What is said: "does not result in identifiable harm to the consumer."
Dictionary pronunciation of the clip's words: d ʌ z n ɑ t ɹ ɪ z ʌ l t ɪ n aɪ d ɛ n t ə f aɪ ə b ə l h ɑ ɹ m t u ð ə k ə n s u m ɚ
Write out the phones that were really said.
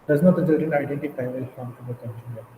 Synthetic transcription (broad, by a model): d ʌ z n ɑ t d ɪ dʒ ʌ t ɪ n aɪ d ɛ n t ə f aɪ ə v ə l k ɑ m t u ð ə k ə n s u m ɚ